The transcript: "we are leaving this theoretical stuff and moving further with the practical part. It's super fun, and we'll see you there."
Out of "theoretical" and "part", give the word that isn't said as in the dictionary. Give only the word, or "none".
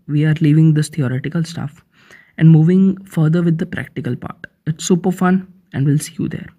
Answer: theoretical